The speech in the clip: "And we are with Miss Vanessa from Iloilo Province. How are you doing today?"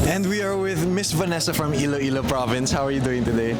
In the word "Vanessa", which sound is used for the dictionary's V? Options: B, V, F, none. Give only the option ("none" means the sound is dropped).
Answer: V